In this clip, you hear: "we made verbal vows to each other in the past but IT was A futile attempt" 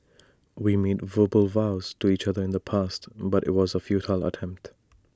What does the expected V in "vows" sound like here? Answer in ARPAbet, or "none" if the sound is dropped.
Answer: V